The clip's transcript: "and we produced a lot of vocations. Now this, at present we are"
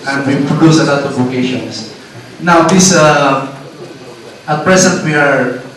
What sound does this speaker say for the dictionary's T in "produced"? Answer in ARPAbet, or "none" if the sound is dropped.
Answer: none